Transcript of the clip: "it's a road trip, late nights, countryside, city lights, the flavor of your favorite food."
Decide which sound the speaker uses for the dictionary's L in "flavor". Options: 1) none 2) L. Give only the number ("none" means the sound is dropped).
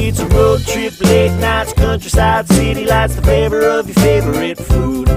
1